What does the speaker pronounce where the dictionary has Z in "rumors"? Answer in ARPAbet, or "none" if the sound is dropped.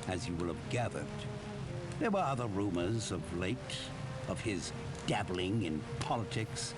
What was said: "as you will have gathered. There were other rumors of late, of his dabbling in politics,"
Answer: Z